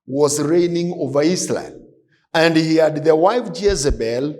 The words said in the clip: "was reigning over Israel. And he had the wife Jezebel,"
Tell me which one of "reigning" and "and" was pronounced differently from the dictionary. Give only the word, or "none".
none